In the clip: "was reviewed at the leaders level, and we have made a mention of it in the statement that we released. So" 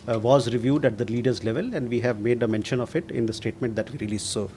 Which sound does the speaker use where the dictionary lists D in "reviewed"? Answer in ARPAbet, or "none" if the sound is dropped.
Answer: D